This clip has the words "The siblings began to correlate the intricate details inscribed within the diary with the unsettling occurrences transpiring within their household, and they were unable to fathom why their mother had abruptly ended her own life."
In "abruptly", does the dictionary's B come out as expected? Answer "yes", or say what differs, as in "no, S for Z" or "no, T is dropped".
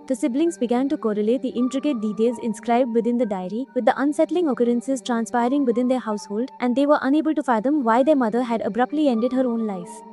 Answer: yes